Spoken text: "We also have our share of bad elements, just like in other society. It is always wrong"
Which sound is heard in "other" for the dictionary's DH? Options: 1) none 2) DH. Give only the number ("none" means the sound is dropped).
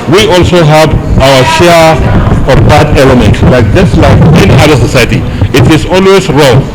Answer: 1